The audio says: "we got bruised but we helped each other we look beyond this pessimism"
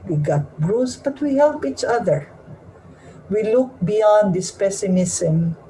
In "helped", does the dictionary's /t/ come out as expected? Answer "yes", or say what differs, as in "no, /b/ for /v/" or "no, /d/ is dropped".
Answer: no, /t/ is dropped